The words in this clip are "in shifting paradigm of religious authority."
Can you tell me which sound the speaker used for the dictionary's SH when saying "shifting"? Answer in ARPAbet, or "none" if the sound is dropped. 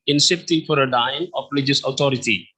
S